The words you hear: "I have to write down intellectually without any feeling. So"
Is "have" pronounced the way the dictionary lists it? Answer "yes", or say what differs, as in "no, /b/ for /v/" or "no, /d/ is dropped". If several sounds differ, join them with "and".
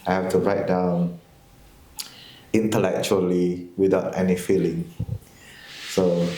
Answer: no, /f/ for /v/